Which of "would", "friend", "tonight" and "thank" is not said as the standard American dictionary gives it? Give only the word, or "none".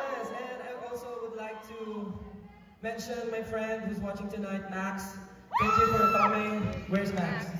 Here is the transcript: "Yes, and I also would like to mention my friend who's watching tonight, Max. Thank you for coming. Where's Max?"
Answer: thank